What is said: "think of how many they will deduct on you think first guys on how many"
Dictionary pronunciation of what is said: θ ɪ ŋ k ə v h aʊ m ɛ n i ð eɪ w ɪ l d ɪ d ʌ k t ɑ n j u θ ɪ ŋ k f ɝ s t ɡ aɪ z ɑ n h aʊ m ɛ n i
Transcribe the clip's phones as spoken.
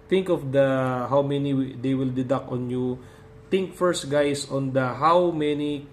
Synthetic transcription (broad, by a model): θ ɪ ŋ k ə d h aʊ m ɛ n i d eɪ w ɪ l d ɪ d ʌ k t ɑ n j u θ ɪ ŋ k f ɝ s t ɡ aɪ s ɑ n h aʊ m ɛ n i